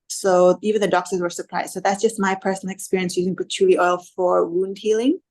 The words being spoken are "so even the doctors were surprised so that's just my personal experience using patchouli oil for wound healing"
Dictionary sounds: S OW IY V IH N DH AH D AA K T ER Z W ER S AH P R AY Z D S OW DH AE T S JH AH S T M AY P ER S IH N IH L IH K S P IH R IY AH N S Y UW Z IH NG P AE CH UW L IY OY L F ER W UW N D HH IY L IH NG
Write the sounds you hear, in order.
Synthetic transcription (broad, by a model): S OW IY V IH N DH AH D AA K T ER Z W ER S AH P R AY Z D S OW DH AE T S JH AH S T M AY P ER S N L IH K S P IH R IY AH N S Y UW Z IH NG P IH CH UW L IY OY L F ER W UW N D HH IY L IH NG